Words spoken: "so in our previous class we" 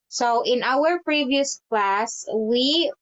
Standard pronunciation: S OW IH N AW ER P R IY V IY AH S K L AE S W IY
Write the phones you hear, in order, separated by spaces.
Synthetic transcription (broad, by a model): S OW IH N AW ER P R IY V IY AH S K L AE S W IY